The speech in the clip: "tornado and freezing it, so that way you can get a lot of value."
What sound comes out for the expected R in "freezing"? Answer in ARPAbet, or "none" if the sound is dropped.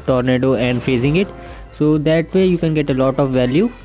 none